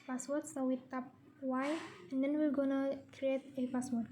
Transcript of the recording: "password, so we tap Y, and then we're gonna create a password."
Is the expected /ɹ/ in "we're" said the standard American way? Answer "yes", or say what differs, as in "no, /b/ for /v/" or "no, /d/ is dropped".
no, /l/ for /ɹ/